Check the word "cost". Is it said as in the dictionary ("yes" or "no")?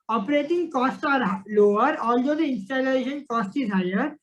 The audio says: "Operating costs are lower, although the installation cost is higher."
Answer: yes